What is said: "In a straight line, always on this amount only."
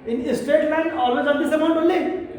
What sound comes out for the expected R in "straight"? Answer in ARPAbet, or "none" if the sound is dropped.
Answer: none